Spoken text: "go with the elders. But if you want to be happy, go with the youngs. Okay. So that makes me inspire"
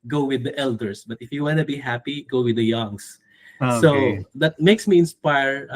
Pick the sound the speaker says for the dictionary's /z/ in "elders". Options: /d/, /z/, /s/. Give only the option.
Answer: /s/